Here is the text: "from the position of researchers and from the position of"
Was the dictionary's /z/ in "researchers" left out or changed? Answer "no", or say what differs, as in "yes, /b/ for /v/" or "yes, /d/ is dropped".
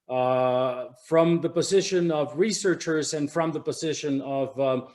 no